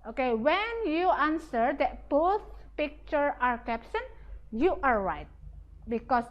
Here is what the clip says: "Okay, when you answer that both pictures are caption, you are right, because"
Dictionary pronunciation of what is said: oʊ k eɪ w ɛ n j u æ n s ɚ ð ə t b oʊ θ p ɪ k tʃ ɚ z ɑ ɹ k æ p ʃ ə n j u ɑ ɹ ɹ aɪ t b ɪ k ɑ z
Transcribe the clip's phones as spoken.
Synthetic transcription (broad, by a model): oʊ k eɪ w ɛ n j u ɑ n s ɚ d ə t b oʊ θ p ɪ k tʃ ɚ ɑ ɹ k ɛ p s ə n j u ɑ ɹ ɹ aɪ t b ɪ k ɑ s